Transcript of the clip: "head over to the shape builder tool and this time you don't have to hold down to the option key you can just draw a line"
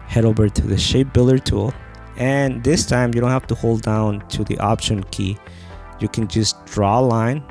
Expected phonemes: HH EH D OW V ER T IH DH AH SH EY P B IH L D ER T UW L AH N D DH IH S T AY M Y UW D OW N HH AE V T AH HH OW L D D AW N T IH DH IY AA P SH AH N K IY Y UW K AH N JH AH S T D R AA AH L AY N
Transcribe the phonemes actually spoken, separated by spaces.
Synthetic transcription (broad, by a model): HH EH D OW V ER T IH DH AH SH EY P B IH L ER T UW L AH N DH IH S T AY M Y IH D OW N HH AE F T AH HH OW L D D AW N T IH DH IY AA P SH AH N K IY Y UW K AH N JH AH S D R AA L AY N